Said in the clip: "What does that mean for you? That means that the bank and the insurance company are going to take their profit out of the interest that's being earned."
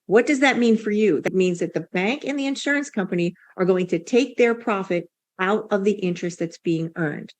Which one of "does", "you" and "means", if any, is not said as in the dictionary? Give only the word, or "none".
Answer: none